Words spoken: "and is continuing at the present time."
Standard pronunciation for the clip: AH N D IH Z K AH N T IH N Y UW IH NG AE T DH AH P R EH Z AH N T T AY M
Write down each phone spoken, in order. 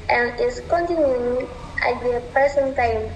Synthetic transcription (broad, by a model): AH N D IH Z K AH N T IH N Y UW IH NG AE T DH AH P EH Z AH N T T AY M